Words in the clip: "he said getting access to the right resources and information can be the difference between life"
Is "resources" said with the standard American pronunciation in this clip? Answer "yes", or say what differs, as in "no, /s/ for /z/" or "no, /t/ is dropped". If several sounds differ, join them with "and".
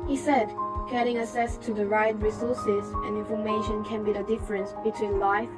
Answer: yes